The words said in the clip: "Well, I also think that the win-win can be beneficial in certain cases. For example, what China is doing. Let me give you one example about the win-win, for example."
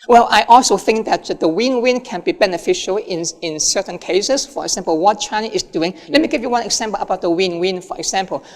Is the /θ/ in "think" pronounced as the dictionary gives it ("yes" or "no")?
yes